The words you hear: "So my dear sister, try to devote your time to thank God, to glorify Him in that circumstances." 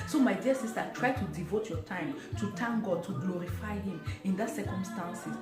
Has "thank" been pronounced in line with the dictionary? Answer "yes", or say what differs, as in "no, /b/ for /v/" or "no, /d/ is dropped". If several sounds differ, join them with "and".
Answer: no, /t/ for /θ/